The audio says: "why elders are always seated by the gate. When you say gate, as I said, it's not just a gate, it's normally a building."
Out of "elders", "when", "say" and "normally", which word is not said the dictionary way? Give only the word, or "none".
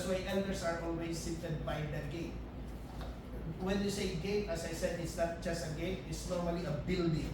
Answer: elders